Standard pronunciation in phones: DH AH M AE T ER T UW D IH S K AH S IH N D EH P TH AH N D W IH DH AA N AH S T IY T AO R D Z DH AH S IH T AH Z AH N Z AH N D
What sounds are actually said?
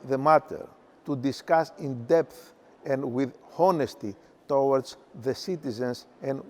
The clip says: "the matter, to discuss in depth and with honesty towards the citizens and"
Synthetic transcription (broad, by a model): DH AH M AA T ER T UW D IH S K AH S IH N D EH P TH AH N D W IH DH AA N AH S T IY T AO W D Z DH AH S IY T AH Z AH N S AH N